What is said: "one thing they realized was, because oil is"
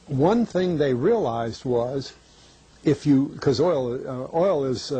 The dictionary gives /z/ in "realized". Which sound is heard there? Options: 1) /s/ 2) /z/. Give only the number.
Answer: 2